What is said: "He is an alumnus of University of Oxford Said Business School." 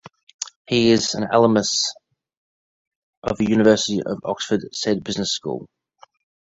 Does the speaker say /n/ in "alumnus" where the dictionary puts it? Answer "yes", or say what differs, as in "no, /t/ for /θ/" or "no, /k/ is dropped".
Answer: no, /n/ is dropped